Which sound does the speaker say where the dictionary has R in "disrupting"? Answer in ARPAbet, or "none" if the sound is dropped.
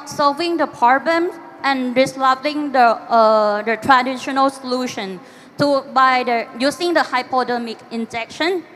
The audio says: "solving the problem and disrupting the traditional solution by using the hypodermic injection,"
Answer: L